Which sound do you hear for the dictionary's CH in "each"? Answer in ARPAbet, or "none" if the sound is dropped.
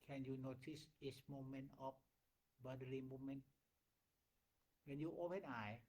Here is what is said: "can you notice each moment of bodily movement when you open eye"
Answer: S